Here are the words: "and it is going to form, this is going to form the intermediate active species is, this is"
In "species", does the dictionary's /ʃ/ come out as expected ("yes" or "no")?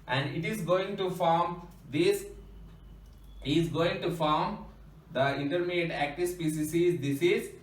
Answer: no